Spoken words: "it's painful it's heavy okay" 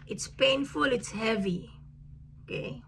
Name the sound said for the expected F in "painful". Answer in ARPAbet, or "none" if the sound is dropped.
F